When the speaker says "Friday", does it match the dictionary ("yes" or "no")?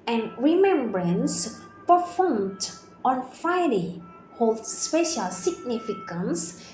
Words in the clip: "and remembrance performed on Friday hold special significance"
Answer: no